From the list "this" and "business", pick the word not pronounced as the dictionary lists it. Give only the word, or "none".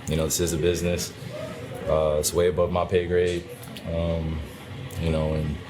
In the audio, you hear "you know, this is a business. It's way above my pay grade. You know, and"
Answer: none